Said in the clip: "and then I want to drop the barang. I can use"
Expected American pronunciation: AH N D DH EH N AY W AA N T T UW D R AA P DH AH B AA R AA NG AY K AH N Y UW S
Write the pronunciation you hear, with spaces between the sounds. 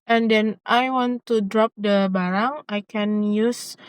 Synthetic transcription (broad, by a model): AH N D EH N AY W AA N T T UW D R AA P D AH B AA R AA NG AY K AH N Y UW S